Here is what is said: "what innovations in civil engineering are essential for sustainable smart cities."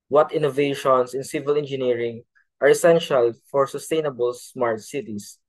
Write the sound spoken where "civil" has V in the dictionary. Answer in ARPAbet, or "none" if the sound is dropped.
V